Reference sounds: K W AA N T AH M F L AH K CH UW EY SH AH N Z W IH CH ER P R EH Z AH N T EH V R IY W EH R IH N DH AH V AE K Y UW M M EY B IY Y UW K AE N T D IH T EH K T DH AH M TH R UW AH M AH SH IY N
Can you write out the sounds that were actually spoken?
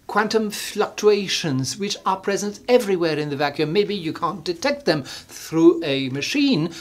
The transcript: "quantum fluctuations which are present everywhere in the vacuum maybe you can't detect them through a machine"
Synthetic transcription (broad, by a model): K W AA N T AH M F L AH K CH UW EY SH AH N Z W IH CH ER P R EH Z AH N T EH V R IY W EH R IH N DH AH V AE K Y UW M M EY B IY Y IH K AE N D IH T EH K T DH AH M TH R UW AH M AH SH IY N